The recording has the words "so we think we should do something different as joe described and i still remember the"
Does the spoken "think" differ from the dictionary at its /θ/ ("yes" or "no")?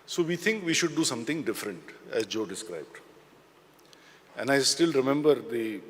yes